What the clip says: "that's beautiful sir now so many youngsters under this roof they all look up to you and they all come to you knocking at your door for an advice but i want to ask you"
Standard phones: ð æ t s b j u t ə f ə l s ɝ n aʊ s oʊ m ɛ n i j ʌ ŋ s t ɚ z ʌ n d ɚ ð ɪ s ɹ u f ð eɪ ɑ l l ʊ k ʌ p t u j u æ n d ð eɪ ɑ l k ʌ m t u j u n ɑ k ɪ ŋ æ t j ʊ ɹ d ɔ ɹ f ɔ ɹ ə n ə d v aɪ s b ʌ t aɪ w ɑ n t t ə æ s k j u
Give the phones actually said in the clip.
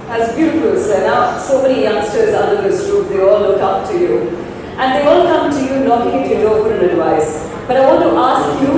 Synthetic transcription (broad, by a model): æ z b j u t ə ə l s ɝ n aʊ s oʊ m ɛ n i j ʌ ŋ s t ɚ z ʌ n d ɚ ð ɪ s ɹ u p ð eɪ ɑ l l ʊ k ʌ p t u j u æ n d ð eɪ ɑ l k ʌ m t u j u n ɑ k ɪ ŋ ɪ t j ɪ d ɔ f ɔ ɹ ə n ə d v aɪ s b ʌ t aɪ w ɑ n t t ə s k j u